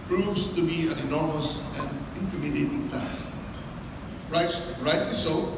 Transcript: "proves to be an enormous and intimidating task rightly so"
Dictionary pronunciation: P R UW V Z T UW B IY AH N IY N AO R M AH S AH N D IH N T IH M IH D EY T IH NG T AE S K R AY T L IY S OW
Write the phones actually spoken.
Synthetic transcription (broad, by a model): P R UW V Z T UW B IY AH N IY N AO R M AH S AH N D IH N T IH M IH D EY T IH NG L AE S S R AY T IY S OW